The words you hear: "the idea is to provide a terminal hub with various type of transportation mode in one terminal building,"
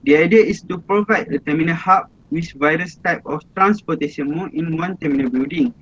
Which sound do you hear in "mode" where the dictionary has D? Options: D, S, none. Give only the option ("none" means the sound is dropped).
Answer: none